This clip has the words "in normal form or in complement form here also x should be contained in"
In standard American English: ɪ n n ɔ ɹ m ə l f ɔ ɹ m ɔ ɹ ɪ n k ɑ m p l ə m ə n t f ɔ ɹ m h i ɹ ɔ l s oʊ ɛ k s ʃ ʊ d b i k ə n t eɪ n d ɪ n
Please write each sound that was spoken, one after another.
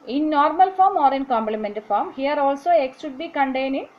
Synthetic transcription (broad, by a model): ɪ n n ɔ ɹ m ə l f ɔ ɹ m ɔ ɹ ɪ n k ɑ m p l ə m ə n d f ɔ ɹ m h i ɹ ɔ l s oʊ ɛ k s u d b i k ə n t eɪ n ɪ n